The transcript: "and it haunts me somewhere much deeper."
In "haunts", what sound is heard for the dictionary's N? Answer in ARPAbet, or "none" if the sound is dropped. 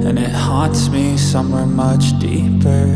none